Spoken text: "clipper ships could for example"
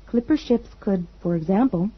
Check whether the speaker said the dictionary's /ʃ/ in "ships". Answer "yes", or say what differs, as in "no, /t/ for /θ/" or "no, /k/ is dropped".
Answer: yes